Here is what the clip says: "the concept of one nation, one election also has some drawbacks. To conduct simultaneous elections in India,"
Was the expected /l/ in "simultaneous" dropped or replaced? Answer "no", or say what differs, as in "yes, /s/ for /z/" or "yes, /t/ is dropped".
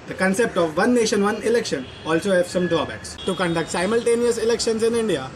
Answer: no